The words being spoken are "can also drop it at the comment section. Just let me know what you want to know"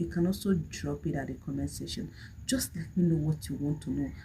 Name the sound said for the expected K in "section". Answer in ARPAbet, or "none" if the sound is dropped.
none